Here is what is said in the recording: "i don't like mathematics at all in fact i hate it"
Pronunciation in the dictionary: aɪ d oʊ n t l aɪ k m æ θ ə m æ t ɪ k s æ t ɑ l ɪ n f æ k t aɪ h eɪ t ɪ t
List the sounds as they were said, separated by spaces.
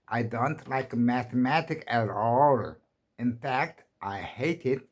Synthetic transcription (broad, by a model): aɪ d oʊ n t l aɪ k m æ θ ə m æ t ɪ k æ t ɑ l ɪ n f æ k t aɪ h eɪ t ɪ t